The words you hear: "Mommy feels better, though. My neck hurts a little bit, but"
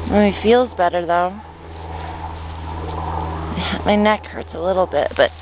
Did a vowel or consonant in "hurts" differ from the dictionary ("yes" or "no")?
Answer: no